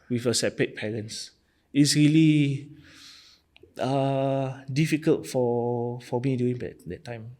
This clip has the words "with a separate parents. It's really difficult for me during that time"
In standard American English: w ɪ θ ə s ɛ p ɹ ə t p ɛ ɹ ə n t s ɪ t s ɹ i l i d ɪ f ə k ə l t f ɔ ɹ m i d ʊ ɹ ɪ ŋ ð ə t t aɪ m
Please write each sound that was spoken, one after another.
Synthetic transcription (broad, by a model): w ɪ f ə s ɛ p ɹ ə t p ɛ ɹ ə n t s ɪ t s ɹ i l i d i f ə k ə l t f ɔ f m i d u ɪ ŋ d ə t t aɪ m